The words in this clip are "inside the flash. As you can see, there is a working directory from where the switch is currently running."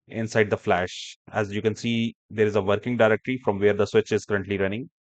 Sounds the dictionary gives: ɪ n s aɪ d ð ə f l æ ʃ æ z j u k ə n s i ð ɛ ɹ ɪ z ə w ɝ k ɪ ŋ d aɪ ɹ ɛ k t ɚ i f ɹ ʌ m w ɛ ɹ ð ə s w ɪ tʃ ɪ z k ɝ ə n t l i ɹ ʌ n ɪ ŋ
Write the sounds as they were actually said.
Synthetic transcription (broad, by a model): ɪ n s aɪ d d ə f l æ ʃ æ z j u k ə n s i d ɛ ɹ ɪ z ə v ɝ k ɪ ŋ d aɪ ɹ ɛ k t ɚ i f ɹ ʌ m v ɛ ɹ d ə s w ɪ tʃ ɪ z k ɝ ə n t l i ɹ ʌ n ɪ ŋ